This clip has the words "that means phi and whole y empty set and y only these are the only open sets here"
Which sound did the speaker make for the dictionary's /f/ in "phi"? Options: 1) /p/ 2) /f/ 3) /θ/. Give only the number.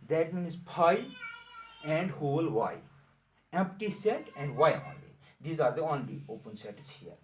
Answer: 1